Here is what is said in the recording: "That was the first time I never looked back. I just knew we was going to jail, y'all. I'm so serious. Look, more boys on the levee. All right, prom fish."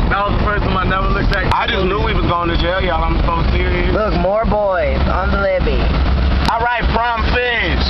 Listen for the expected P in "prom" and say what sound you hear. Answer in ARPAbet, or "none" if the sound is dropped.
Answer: F